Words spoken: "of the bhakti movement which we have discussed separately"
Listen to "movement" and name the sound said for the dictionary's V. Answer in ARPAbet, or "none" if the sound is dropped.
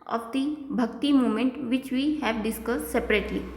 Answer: none